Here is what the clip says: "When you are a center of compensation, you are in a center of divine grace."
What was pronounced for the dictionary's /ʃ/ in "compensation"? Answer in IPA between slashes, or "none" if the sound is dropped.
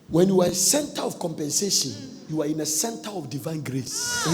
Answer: /ʃ/